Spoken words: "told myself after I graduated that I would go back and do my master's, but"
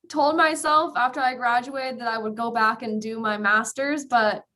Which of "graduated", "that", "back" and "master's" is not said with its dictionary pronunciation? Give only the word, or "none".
none